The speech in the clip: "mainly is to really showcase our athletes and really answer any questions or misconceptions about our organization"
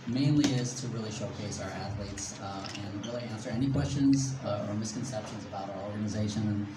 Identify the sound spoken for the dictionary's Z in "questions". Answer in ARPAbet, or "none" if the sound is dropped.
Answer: Z